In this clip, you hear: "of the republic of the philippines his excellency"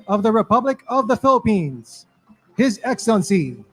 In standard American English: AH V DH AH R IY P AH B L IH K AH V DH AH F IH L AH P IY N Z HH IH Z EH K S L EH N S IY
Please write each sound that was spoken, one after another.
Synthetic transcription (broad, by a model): AH V DH AH R IY P AH B L IH K AH V DH AH F IH L AH P IY N Z HH IH Z EH K S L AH N S IY